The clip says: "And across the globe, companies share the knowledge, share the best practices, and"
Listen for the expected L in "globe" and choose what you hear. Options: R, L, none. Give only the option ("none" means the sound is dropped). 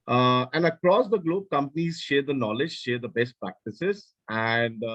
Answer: L